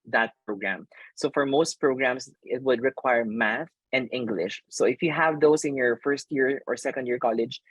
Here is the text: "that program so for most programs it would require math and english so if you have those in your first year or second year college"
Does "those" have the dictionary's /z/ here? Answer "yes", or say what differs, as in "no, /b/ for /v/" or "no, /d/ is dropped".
no, /s/ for /z/